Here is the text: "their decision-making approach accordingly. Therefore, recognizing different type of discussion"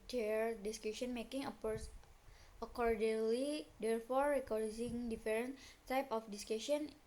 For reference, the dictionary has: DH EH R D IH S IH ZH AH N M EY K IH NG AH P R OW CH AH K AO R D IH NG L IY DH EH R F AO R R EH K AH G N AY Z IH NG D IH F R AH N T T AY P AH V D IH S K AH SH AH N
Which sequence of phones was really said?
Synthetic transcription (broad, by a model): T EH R D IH S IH SH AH N M EY K IH NG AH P OW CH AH K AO R D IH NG L IY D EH R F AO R R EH K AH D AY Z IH NG D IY F R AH N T T AY P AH F D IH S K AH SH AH N